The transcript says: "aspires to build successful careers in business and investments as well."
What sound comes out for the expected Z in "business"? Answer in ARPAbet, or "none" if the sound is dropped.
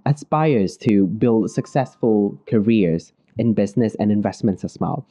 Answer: Z